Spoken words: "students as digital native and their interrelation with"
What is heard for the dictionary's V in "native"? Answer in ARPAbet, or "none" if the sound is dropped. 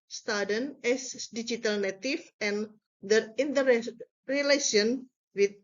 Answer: F